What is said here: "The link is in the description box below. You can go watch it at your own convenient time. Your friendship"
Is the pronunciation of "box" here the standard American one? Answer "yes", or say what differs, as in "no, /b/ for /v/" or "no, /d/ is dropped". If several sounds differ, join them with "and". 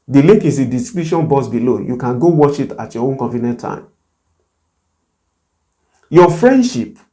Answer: no, /k/ is dropped